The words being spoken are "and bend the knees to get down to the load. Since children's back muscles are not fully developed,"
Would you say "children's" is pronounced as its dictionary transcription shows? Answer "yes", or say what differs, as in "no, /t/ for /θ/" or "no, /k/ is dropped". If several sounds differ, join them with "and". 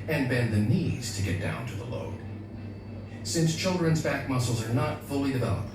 yes